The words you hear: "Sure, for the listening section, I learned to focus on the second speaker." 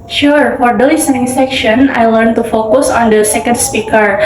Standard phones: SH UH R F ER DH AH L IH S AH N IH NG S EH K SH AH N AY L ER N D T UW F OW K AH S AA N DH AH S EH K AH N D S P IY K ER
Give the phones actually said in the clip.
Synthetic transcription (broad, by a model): SH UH R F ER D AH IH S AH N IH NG S EH K SH AH N AY L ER N T UW F OW K AH S AA N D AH S EH K AH N D S P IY K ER